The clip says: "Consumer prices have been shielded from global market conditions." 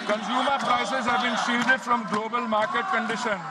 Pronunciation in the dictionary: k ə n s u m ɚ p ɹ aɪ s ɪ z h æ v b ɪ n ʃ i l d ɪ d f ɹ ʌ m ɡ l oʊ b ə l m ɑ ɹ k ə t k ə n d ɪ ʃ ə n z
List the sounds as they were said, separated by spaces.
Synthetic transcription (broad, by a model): k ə n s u m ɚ p ɹ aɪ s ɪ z h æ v b ɪ n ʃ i d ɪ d f ɹ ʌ m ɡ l oʊ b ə l m ɑ ɹ k ə t k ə n d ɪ ʃ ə n